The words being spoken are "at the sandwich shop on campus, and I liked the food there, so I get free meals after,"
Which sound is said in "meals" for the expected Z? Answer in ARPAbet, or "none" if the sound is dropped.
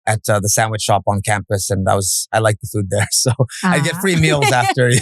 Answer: Z